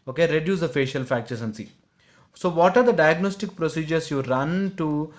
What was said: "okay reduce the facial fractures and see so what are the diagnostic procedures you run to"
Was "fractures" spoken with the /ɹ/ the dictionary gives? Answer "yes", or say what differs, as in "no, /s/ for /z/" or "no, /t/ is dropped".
no, /ɹ/ is dropped